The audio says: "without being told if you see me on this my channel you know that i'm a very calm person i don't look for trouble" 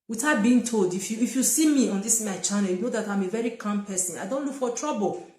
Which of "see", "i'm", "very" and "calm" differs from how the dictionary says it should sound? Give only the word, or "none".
calm